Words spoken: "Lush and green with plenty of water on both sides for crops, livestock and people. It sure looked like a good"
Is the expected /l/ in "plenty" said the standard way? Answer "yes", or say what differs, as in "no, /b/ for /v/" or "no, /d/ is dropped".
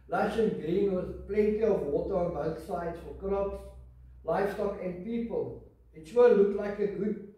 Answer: yes